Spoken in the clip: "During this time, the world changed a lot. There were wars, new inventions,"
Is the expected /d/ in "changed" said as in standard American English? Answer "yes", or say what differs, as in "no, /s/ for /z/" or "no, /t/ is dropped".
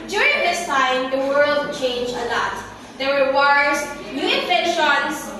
no, /d/ is dropped